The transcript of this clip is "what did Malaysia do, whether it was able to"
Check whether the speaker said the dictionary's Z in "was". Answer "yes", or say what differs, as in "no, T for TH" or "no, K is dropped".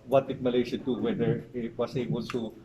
no, S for Z